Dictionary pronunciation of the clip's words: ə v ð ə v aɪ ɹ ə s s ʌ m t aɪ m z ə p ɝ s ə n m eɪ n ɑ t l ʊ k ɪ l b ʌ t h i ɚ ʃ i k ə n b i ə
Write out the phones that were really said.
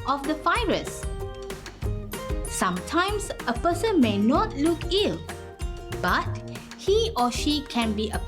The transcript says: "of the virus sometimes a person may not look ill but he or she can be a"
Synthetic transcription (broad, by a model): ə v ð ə f aɪ ɹ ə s s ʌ m t aɪ m s ə p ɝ s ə n m eɪ n ɑ t l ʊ k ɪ l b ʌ t h i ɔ ʃ i k ə n b i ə